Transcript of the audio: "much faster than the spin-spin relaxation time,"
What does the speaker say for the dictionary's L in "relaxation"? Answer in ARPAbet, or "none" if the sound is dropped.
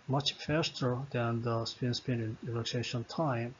N